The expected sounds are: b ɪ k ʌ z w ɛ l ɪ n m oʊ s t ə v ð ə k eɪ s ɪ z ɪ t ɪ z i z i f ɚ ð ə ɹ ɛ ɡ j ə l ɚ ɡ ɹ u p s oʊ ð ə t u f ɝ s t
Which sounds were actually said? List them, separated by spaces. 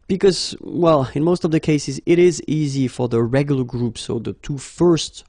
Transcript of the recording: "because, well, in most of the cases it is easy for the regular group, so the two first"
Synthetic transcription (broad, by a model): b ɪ k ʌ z w ɛ l ɪ n m oʊ s t ə v ð ə k eɪ s ɪ z ɪ t ɪ z i z i f ɚ ð ə ɹ ɛ ɡ j l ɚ ɡ ɹ u p s oʊ ð ə t u f ɝ s t